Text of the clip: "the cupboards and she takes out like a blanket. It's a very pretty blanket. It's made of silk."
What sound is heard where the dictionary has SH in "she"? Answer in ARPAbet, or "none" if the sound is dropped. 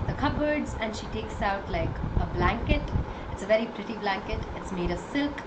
SH